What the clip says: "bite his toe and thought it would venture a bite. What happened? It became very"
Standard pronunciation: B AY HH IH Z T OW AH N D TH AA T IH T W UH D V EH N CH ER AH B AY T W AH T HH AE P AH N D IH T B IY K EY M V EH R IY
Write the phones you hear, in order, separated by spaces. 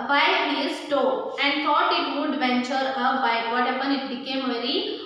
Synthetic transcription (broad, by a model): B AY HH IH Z T OW AH N D T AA T IH T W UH D V EH N CH ER AH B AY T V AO T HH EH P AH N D IH T B IY K EY M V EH R IY